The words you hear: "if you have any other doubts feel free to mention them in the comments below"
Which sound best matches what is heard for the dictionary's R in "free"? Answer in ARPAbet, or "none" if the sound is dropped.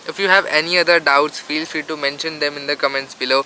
none